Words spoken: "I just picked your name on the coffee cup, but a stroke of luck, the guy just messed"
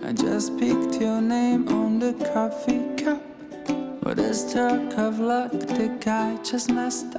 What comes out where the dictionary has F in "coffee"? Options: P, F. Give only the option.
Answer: F